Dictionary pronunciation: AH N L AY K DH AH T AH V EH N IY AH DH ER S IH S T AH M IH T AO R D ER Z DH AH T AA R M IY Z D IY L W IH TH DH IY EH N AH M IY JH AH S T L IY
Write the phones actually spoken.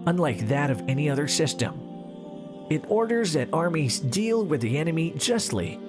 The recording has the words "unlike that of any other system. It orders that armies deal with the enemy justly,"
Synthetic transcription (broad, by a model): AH N L AY K DH AH T AH V EH N IY AH DH ER S IH S T AH M IH T AO R D ER Z DH AH T AA R M IY Z D IY L W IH DH IY EH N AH M IY JH AH S T L IY